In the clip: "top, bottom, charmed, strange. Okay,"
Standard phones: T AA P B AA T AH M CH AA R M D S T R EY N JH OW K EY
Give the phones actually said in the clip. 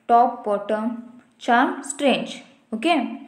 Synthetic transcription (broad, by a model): T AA P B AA T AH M CH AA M S T R EY N JH OW K EY